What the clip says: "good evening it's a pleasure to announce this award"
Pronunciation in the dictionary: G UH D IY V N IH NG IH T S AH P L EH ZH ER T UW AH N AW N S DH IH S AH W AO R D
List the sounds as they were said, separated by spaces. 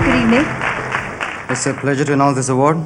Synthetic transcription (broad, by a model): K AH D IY N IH IH T S AH P L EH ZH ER T UW AH N AW N S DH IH S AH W AO R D